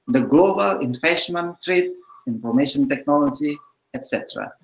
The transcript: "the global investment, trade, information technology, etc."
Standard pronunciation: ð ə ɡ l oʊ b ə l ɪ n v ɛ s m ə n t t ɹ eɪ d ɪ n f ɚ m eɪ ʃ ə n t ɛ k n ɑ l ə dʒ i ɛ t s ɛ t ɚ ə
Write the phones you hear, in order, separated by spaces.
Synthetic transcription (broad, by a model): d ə ɡ l oʊ b ə l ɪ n f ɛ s m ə n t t ɹ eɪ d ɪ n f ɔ m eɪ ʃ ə n t ɛ k n ɑ l ə dʒ i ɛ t s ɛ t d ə